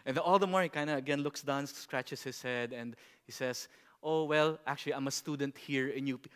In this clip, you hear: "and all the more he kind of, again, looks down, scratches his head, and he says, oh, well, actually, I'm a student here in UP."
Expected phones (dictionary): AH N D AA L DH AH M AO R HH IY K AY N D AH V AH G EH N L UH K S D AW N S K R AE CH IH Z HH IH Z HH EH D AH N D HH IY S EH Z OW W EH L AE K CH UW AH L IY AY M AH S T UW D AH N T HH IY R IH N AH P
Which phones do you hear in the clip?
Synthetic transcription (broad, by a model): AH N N AA L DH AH M AO R HH IY K AY N D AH AH G EH N L UH K S D AW N S K R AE CH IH S HH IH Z HH EH D AH N D HH IY S EH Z OW W EH L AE K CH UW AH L IY AY M AH S T UW D AH N T HH IY R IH N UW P